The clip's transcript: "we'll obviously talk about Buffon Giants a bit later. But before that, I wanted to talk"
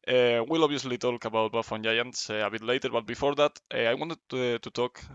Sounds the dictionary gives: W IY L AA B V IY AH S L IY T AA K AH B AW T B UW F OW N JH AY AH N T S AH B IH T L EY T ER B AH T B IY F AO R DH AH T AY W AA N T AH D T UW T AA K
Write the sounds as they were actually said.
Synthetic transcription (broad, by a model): W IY L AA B IY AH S L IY T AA K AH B AW T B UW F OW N JH AY AH N T S AH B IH T L EY T ER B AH T B IY F AO R DH AH T AY W AA N T AH D T UW T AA K